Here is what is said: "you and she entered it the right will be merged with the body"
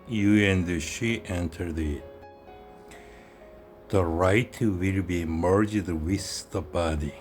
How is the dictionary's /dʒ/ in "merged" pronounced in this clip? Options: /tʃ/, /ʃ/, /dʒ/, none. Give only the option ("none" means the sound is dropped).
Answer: /dʒ/